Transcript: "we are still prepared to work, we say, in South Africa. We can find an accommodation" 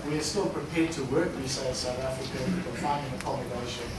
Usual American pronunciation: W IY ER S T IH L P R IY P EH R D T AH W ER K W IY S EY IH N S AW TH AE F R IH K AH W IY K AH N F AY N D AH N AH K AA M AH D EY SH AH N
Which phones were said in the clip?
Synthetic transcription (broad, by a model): W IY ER S T IH L P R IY P EH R D T AH W ER K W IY S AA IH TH S AW TH AE F R IH K AH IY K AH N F AY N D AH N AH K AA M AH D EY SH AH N